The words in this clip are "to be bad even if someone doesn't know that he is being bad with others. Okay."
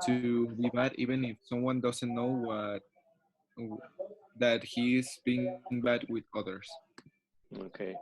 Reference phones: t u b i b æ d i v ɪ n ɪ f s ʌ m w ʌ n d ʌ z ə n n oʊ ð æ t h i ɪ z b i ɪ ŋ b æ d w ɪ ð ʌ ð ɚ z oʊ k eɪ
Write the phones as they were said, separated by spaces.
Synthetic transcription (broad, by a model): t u b i b æ d i v ɪ n ɪ f s ʌ m w ʌ n d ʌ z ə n n oʊ ð æ t h i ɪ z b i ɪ ŋ b æ d w ɪ ð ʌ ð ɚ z oʊ k eɪ